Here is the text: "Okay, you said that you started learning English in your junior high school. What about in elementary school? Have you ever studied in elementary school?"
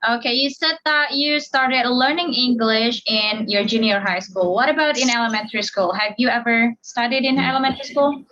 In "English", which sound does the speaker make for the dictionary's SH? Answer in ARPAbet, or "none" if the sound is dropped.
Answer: SH